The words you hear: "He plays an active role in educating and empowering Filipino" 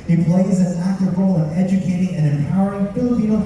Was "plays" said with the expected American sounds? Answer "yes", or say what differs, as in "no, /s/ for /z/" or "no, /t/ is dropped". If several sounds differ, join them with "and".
yes